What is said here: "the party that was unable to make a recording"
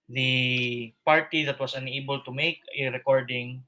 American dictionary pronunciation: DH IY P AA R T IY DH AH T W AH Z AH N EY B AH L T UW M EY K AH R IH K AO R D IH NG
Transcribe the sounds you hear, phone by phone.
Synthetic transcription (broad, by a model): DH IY P AA R T IY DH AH T W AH S AH N EY B AH L T UW M EY K AH R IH K AO R D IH NG